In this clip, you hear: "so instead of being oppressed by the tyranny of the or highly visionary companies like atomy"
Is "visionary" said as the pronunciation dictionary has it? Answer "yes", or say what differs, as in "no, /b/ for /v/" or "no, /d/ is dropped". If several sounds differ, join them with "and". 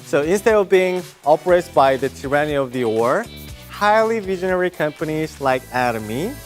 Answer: yes